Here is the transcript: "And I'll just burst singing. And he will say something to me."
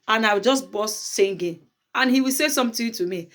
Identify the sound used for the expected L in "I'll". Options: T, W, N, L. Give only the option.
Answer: W